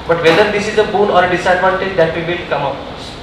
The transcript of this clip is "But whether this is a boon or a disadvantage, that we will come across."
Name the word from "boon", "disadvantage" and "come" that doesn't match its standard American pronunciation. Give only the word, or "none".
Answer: disadvantage